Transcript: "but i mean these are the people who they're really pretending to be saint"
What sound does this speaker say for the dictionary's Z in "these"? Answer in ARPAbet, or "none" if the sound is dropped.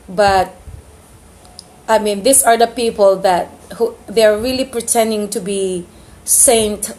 S